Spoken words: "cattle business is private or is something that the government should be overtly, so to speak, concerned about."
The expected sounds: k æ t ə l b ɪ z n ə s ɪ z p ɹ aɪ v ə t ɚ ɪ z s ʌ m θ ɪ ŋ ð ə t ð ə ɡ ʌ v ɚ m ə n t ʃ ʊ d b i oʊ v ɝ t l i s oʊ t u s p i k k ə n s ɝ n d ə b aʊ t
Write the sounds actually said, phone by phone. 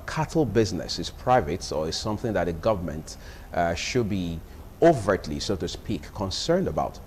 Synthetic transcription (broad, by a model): k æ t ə l b ɪ z n ə s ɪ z p ɹ aɪ v ə t ɚ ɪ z s ʌ m θ ɪ ŋ ð ə t ð ə ɡ ʌ v ɚ m ə n t ʃ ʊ d b i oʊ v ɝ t l i s oʊ t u s p i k k ə n s ɝ n d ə b aʊ t